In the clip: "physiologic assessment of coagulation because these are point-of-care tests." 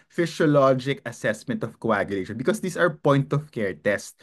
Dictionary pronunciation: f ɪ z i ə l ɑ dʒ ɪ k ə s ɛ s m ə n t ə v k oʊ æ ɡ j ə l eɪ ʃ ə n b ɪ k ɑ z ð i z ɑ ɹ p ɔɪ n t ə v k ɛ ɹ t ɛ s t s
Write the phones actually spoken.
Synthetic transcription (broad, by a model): f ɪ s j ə l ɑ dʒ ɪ k ə s ɛ s m ə n t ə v k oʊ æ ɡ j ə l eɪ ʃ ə n b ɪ k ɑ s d i s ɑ ɹ p ɔɪ n t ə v k ɛ ɹ t ɛ s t